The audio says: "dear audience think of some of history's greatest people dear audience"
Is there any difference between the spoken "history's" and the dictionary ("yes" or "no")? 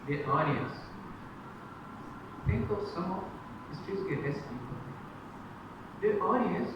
yes